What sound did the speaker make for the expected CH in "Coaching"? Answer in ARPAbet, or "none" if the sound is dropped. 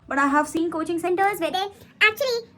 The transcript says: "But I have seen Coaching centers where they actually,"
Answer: CH